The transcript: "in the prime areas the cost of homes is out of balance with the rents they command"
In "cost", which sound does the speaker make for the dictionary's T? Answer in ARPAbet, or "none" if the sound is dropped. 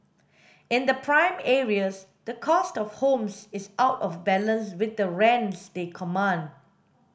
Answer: T